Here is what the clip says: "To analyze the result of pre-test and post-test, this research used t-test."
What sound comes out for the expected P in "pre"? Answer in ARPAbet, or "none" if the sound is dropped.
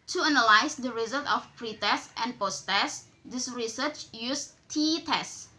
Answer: P